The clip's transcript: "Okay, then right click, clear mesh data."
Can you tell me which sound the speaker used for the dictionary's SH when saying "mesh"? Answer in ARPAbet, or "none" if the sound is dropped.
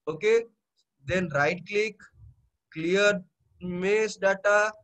S